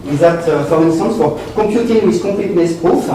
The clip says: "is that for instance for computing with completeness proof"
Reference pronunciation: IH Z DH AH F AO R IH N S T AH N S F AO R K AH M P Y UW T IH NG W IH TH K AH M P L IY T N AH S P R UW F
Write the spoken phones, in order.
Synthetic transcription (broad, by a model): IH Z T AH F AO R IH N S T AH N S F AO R K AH P Y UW T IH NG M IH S K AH P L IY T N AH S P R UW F